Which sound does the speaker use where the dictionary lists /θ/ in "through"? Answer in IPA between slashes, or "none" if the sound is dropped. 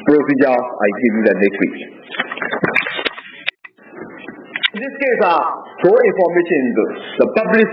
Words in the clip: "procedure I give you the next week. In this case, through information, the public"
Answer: /f/